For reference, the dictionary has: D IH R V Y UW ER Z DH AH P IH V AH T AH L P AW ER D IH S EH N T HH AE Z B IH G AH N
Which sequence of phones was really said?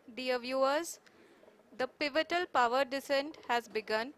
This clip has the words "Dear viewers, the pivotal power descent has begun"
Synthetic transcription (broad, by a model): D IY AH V Y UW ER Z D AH P IH V AH T AH L P AW ER D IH S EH N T HH AE Z B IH G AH N